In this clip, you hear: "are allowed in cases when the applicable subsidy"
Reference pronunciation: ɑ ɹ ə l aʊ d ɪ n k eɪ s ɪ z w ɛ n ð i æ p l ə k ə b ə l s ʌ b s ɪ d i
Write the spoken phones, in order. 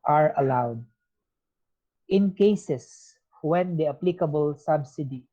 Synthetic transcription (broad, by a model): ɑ ɹ ə l aʊ d ɪ n k eɪ s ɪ s w ɛ n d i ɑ p l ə k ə b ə l s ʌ b s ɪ d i